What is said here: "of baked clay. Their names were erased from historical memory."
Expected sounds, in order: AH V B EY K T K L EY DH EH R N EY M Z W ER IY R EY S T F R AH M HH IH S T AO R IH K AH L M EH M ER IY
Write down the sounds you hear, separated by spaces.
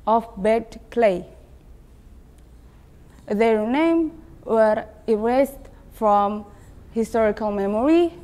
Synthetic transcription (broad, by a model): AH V B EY T K L EY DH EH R N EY M W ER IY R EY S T F R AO M HH IH S T AO R IH K AH L M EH M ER IY